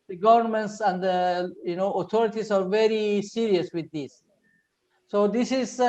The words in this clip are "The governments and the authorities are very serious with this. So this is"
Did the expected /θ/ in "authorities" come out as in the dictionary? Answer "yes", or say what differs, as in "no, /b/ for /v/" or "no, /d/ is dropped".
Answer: no, /t/ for /θ/